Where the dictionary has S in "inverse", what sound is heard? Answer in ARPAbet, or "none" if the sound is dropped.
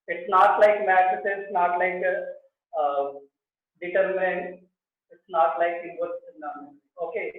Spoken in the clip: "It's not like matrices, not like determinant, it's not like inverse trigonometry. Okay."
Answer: none